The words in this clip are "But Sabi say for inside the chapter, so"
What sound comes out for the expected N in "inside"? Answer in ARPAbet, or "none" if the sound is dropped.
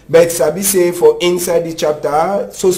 N